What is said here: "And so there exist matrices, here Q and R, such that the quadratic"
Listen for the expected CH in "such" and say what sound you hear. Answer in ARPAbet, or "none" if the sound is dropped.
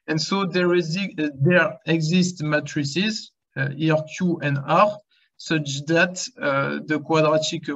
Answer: CH